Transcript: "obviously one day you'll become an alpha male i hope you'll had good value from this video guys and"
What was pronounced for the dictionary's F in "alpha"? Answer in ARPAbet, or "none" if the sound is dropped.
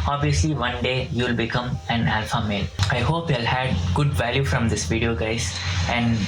F